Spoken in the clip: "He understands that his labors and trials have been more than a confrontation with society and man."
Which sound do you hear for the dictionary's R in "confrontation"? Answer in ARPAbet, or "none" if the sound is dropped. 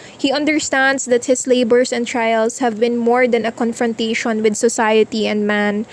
R